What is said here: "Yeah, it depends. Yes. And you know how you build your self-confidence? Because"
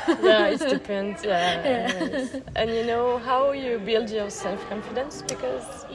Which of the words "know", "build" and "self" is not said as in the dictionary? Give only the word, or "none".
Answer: none